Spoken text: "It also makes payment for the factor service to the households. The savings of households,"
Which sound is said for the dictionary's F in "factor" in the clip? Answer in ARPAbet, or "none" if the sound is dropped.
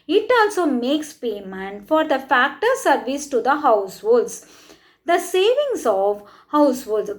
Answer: F